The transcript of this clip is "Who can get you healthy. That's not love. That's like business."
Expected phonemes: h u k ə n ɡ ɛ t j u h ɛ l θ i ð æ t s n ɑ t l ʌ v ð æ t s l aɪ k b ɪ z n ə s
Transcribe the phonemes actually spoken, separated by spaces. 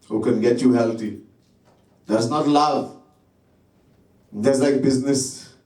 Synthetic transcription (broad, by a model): h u k ə n ɡ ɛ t j u h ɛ l t i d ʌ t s n ɑ t l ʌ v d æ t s l aɪ k b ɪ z n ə s